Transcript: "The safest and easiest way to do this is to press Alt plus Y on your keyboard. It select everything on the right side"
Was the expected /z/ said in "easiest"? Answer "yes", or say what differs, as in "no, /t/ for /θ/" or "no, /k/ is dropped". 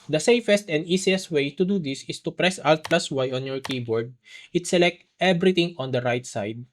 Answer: no, /s/ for /z/